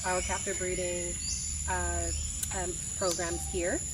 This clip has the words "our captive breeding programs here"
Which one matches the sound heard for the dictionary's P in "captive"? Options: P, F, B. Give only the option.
F